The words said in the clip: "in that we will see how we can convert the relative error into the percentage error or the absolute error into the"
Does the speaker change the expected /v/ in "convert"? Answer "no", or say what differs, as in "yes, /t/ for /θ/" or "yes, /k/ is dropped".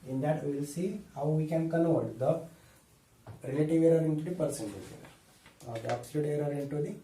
yes, /v/ is dropped